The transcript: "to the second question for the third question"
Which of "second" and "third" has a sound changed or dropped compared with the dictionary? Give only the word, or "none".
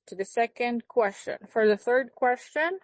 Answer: none